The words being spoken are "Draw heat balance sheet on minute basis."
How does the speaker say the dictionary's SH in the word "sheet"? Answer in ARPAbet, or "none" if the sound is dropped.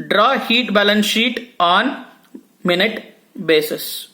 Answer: SH